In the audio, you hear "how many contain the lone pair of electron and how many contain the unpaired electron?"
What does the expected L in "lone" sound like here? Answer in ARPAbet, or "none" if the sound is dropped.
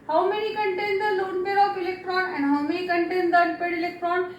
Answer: L